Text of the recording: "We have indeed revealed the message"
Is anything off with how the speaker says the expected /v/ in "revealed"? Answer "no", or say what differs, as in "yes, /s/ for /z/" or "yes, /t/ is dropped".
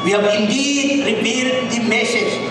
yes, /p/ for /v/